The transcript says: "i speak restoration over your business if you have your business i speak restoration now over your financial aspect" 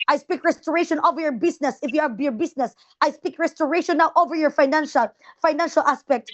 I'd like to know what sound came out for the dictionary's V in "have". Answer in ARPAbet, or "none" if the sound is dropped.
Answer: B